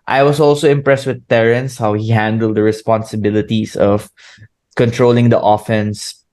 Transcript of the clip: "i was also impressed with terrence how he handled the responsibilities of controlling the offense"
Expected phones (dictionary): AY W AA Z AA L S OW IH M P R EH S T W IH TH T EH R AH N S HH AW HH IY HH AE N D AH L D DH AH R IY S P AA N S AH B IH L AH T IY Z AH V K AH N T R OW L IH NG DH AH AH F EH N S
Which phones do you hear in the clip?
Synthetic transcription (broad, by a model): AY W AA S AA L S OW IH M P R EH S T W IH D T EH R AH N S HH AW HH IY HH AE N D AH L D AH R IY S P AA N S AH B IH L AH T IY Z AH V K AH N T R OW L IH NG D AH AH F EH N S